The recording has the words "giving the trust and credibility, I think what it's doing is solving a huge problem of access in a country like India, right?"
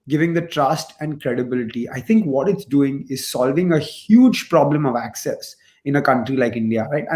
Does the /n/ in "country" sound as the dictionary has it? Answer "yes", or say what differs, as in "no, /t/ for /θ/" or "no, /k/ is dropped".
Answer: yes